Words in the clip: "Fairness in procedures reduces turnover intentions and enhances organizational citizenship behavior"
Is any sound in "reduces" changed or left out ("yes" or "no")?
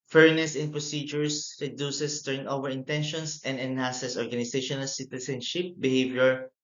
yes